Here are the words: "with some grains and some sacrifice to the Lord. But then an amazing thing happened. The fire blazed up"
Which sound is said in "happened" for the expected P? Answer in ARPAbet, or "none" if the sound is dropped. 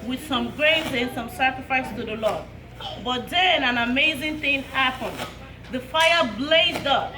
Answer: P